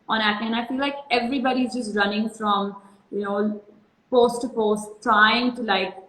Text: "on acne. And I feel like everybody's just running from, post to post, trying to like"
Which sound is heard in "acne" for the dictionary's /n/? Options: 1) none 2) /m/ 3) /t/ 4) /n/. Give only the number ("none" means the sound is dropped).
1